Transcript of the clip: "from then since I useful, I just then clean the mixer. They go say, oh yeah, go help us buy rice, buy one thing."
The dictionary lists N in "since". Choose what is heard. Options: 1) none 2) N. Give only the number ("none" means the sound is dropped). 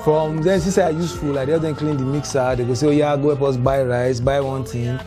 1